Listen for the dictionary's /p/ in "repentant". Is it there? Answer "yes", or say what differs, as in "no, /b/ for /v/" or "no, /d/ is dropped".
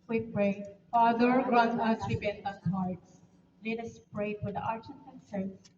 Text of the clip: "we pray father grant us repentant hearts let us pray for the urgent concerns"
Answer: no, /b/ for /p/